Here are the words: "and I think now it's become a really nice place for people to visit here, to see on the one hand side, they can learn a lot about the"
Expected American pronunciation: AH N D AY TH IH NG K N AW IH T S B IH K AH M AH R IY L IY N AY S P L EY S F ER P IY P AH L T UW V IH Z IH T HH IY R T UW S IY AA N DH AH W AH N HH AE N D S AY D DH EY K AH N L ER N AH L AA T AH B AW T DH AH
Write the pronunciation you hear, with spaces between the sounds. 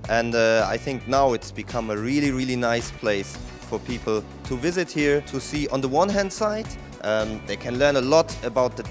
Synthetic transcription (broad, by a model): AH N D AY TH IH NG K N AW IH T S B IH K AH M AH R IY L IY N AY S P L EY S F ER P IY P L T UW V IH Z IH T HH IY R T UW S IY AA N DH AH W AH N HH AE N D S AY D DH EY K AH N L ER N AH L AA T AH B AW T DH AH